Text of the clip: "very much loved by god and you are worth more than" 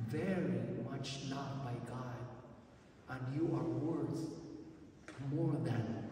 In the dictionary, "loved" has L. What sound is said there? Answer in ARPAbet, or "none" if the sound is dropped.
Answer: N